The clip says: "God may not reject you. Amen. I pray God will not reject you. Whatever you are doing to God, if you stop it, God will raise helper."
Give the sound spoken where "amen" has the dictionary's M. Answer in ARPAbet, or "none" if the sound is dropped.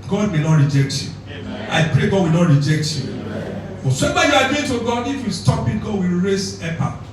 none